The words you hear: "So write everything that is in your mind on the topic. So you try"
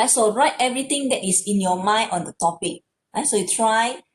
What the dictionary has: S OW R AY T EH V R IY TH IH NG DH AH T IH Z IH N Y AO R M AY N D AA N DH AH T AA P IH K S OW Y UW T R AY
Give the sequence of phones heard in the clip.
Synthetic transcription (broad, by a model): S OW R AY T EH V R IY T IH NG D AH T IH S IH N Y AO M AY N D AA N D AH T AA P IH K S OW Y UW T R AY